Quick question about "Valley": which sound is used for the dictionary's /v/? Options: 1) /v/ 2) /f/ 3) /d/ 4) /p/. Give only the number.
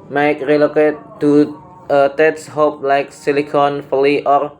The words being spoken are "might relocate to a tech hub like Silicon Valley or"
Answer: 2